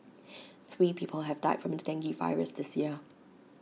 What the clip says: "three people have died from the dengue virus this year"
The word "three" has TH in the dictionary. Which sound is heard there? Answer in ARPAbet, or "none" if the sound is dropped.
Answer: TH